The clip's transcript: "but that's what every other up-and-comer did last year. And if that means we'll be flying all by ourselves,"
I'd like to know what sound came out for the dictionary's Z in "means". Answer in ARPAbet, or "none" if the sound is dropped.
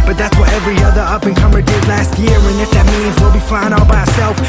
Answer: Z